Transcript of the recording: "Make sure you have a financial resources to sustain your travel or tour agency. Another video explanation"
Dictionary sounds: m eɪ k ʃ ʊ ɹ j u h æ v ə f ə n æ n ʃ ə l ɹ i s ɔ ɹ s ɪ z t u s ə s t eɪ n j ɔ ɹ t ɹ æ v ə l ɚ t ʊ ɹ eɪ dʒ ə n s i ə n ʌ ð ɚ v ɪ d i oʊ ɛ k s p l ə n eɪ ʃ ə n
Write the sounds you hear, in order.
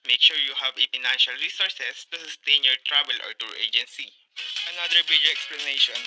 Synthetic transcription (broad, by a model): m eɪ k ʃ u ɹ j u h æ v ə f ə n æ n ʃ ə l ɹ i s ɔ ɹ s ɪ s t u s ə s t eɪ n j ɔ ɹ t ɹ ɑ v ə l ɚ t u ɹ eɪ dʒ ə n s i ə n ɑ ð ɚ b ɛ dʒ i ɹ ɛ k s p l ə n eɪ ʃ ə n